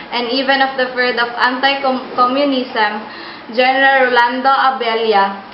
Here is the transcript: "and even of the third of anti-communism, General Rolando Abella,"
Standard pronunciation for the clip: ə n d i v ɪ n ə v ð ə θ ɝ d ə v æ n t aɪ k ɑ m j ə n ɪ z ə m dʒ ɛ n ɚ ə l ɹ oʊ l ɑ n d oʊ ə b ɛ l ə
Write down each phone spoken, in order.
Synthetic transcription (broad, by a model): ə n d i v ɪ n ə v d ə f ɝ d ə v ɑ n t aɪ k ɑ m j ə n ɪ s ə m dʒ ɛ n ɚ ə l ɹ oʊ l ɑ n d oʊ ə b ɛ l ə